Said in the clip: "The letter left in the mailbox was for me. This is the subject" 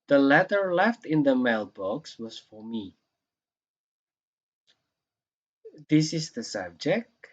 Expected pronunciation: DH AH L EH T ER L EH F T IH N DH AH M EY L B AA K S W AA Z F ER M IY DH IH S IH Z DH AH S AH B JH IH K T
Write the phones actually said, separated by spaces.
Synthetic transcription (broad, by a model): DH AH L EH T ER L EH F T IH N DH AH M EY L B AA K S W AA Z F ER M IY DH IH S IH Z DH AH S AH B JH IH K T